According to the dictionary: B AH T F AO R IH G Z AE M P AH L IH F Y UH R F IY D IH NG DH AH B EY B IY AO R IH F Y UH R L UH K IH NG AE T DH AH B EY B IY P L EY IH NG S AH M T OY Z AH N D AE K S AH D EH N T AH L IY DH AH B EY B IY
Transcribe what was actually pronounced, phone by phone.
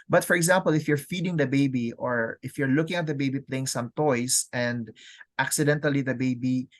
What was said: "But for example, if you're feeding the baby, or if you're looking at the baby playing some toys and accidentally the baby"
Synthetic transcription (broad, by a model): B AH T F AO R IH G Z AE M P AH L IH F Y UH R F IY D IH NG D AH B EY B IY AO R IH F Y UH R L UH K IH NG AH T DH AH B EY B IY P L EY IH NG S AH M T OY S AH N D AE K S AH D EH N T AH L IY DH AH B EY B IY